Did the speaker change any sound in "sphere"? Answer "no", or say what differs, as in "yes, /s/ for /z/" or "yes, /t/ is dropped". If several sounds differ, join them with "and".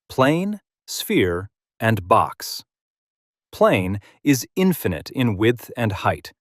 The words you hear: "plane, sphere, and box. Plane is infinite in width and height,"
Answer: no